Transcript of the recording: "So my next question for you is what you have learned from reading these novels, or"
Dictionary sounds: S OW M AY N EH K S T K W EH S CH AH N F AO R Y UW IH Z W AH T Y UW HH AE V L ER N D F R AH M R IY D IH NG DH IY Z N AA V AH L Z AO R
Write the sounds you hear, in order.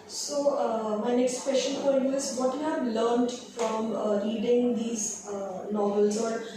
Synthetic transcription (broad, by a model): S OW M AY N EH K S T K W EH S SH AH N P AO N Y UW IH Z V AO T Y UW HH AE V L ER N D F R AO M R IY D IH NG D IY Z N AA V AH L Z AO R